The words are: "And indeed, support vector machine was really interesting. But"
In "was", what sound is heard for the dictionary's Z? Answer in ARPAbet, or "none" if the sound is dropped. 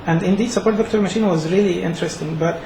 Z